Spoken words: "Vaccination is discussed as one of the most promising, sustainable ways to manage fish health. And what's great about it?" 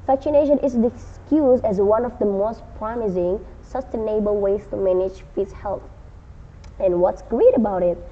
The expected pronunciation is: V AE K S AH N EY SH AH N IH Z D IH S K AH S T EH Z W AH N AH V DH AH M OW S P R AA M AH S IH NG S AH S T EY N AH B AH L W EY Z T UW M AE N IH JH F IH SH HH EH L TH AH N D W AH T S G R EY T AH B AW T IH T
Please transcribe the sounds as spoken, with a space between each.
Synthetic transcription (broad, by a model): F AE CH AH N EY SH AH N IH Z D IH S K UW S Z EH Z W AH N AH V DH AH M OW S P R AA M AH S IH NG S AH S T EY N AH B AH L W EY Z T UW M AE N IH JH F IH S HH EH L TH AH N W AH T S G R EY T AH B AW T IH T